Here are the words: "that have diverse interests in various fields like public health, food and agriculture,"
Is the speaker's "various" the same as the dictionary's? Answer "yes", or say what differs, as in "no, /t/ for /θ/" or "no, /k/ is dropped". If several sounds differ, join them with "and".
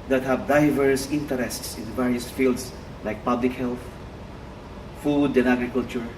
yes